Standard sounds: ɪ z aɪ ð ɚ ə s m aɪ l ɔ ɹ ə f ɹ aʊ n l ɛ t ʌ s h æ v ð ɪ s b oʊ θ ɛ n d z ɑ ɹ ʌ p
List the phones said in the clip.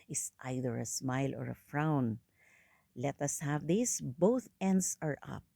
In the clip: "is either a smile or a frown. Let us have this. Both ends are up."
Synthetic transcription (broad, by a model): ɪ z aɪ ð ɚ ə s m aɪ l ɔ ɹ ə f ɹ aʊ n l ɛ t ʌ s h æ v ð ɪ s b oʊ θ ɛ n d s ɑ ɹ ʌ p